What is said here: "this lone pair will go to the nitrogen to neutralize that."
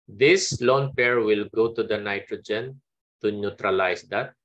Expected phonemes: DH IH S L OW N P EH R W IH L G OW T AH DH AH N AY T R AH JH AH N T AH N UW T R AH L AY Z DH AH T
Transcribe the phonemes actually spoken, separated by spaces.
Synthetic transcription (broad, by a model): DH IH S L OW N P EH R W IH L G OW T AH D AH N AY T R AH JH AH N T AH N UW T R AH L AY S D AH T